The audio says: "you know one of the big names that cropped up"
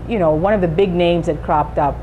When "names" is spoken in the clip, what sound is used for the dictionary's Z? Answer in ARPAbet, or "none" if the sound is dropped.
Z